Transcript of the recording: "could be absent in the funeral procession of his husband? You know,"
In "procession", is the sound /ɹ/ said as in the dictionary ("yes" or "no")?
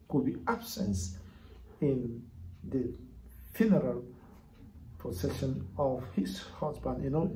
no